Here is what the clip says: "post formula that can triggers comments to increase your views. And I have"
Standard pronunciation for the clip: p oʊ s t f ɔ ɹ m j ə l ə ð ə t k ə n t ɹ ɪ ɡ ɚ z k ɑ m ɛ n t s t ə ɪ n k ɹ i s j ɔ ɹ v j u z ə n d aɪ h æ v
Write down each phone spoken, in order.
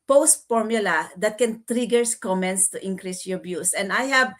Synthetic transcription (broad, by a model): p oʊ s t f ɔ ɹ m j ə l ə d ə t k ə n t ɹ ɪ ɡ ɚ s k ɑ m ɛ n t s t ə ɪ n k ɹ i s j ɔ ɹ b j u s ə n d aɪ h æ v